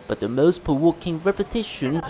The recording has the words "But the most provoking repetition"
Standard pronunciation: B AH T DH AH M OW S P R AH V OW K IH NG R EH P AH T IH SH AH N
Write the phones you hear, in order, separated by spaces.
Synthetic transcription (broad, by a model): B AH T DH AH M OW S P AH W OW K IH NG R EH P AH T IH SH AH N